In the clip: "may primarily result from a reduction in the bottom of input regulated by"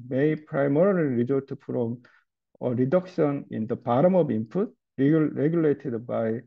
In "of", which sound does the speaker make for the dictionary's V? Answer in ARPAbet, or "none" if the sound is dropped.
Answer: B